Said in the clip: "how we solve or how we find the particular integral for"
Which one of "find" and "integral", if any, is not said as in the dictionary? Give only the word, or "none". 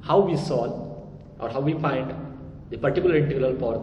integral